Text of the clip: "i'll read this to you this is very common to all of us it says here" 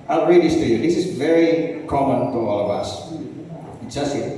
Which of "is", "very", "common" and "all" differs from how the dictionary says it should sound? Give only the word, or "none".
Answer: none